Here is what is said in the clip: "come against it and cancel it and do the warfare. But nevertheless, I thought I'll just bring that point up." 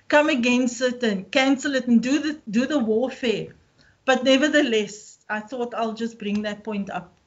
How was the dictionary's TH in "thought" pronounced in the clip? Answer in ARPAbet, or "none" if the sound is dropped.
TH